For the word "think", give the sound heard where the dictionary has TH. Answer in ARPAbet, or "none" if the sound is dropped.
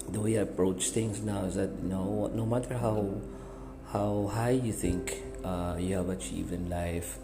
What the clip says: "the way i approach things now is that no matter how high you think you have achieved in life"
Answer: T